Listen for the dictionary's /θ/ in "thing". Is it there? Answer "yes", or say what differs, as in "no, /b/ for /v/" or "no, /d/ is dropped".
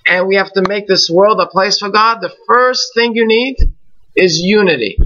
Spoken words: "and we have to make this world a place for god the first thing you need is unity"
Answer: yes